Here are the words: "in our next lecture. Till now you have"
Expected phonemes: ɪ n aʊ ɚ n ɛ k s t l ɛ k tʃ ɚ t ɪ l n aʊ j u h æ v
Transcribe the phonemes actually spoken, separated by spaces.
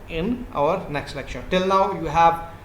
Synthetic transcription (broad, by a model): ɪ n aʊ ɚ n ɛ k s t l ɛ k ʃ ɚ t ɪ l n aʊ j u h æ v